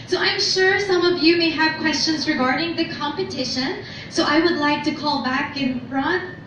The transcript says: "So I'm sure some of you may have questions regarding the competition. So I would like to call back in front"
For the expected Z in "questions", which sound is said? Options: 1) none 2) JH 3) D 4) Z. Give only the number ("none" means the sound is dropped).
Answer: 4